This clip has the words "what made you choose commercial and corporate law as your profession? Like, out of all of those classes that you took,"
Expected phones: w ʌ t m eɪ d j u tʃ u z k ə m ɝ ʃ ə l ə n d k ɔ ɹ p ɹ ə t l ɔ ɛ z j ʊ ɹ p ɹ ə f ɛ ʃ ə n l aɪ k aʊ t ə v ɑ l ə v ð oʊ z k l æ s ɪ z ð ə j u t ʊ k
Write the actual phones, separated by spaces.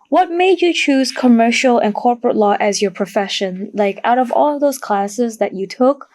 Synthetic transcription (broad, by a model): w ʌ t m eɪ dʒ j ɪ tʃ u z k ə m ɝ ʃ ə l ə n k ɔ ɹ p ɹ ə t l ɔ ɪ z j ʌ ɹ p ɹ ə f ɛ ʃ ə n l aɪ k aʊ t ə v ɑ l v ð oʊ z k l æ s ɪ z ð ə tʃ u t ʊ k